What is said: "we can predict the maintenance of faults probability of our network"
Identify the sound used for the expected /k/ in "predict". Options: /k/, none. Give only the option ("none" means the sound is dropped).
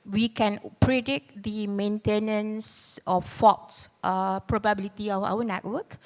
none